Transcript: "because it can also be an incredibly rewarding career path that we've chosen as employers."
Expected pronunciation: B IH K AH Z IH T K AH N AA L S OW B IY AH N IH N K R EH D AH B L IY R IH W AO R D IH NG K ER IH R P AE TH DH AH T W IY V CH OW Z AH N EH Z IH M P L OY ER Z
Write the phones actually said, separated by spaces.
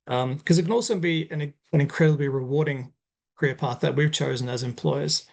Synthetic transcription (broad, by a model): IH K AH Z IH T K AH N AA L S OW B IY AH N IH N K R EH D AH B L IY R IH W AO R D IH NG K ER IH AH P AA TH DH AH T W IY V CH OW Z AH N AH Z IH M P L OY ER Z